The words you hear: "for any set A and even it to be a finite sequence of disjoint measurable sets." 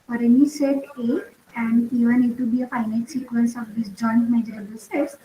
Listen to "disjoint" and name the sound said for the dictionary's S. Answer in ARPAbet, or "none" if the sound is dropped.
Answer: S